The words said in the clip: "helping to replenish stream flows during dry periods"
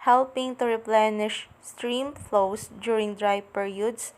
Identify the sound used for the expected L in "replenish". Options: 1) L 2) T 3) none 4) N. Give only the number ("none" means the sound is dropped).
1